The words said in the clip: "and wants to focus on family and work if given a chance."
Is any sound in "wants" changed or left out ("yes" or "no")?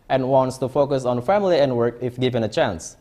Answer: no